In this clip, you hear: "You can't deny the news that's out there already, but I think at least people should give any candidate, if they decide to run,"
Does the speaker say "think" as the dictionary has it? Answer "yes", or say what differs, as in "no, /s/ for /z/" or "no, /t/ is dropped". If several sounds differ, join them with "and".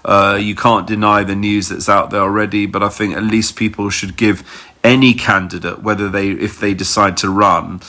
yes